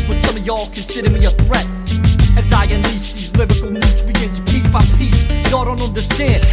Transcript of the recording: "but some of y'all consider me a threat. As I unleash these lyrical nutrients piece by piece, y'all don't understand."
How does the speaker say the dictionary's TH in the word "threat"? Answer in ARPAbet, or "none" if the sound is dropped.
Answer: TH